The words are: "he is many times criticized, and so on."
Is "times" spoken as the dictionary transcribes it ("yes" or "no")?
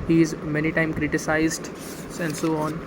no